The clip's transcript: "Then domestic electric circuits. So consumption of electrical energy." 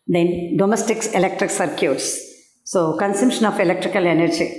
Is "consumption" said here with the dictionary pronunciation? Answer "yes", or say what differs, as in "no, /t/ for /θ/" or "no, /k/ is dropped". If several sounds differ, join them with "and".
yes